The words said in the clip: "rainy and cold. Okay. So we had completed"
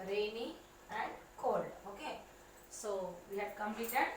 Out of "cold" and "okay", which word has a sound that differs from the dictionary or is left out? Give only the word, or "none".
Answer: cold